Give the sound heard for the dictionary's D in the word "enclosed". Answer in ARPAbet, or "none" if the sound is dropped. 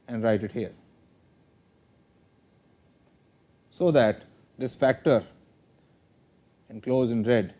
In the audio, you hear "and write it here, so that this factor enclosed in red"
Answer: none